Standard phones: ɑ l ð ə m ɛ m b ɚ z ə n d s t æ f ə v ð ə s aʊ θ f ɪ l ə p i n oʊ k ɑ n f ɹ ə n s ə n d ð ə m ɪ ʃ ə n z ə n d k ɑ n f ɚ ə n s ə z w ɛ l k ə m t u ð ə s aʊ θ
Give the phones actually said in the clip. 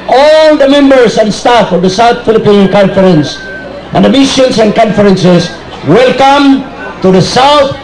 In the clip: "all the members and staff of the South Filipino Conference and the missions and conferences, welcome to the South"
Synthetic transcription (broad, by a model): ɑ l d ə m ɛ m b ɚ s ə n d s t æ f ə v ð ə s aʊ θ f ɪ l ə p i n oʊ k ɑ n f ɹ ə n s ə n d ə m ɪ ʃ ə n s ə n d k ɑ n f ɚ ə n s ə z w ɛ l k ə m t u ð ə s aʊ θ